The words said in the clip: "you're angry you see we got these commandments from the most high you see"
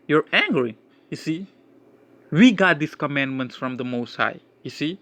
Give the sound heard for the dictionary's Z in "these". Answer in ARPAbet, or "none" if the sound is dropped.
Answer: S